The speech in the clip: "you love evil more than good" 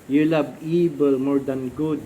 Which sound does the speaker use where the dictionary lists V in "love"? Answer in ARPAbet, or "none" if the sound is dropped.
B